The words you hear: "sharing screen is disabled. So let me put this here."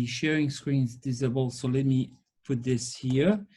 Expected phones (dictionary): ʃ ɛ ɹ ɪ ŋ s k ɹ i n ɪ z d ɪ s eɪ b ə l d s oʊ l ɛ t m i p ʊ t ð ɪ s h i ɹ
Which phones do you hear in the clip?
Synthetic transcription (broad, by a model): ʃ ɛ ɹ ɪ ŋ s k ɹ i n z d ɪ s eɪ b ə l s oʊ l ɛ t m i f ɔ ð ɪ s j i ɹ